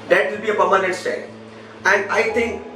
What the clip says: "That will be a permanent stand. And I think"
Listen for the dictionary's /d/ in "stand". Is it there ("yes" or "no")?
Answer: no